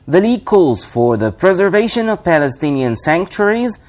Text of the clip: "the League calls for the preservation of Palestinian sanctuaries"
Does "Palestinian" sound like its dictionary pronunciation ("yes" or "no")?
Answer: yes